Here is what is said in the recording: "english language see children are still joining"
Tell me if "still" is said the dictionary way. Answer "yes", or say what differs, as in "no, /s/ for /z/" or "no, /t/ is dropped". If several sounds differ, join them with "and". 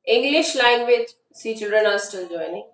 no, /n/ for /l/